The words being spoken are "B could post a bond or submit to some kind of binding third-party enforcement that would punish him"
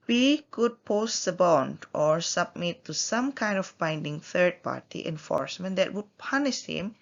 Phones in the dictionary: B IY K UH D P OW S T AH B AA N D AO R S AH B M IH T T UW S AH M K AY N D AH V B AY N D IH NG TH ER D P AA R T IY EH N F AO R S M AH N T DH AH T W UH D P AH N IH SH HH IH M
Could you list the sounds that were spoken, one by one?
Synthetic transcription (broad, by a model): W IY K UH D P OW S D AH B AA N D AO R S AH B M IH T T UW S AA M K AY N D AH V B AY N D IH NG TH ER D P AA R T IY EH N F AO R S M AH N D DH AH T W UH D P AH N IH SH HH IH M